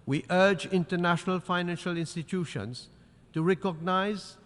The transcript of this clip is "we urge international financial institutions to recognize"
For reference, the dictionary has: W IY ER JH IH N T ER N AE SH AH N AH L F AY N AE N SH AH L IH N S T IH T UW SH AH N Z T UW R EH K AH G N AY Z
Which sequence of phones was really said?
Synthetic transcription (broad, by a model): W IY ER JH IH N T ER N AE SH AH N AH L F AY N AE N SH AH L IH N S T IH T UW SH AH N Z T UW R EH K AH G N AY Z